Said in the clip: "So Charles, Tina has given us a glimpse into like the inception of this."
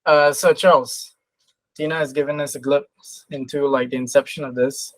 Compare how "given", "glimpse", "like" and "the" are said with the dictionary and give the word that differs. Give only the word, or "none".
glimpse